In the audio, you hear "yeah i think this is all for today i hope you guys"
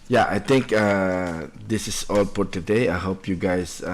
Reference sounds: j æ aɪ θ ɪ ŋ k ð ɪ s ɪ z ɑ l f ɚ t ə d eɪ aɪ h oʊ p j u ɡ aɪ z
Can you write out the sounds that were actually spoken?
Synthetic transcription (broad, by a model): j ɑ aɪ t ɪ ŋ k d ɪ s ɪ s ɑ l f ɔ t ə d eɪ aɪ h oʊ p j u ɡ aɪ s